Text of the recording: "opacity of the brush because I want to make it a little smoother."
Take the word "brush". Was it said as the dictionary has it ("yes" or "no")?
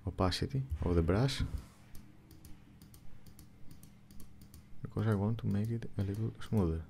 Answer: no